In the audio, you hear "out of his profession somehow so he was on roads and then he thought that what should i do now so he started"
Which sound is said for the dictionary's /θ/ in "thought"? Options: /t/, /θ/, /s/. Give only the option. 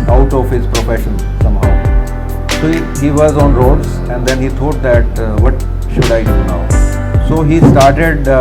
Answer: /t/